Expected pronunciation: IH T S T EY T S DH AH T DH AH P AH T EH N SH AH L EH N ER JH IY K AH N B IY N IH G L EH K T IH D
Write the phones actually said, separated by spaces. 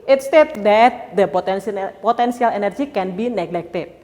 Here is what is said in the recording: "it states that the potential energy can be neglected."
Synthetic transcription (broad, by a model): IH T S T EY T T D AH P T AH P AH T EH N S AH L EH N ER JH IY K AH N B IY N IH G L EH K T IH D